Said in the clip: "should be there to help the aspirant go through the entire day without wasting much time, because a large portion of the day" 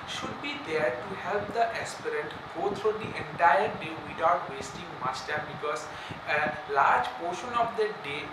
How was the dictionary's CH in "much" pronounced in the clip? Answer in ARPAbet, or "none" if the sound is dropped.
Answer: S